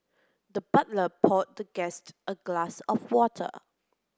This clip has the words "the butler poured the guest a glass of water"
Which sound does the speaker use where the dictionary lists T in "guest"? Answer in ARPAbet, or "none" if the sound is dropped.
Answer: T